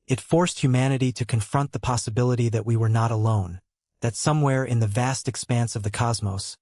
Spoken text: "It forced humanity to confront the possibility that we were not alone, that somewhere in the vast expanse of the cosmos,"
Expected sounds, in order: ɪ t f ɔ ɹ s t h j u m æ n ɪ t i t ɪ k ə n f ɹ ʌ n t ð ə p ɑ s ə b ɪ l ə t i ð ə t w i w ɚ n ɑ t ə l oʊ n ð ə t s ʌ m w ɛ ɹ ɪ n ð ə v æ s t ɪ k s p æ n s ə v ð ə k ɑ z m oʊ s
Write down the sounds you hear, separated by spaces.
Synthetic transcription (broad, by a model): ɪ t f ɔ ɹ s t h j u m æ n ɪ t i t ɪ k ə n f ɹ ʌ n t ð ə p ɑ s ə b ɪ l ə t i ð ə t w i w ɚ n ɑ t ə l oʊ n ð ə t s ʌ m w ɛ ɹ ɪ n ð ə v æ s t ɪ k s p æ n s ə v ð ə k ɑ z m oʊ s